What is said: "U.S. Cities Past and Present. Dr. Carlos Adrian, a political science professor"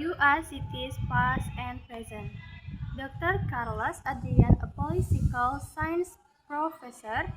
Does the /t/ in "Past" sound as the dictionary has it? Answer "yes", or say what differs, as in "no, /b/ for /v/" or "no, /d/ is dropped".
no, /t/ is dropped